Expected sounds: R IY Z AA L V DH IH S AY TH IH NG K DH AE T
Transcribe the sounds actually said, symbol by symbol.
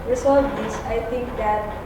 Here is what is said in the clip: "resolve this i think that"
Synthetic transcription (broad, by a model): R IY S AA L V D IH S AY T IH NG K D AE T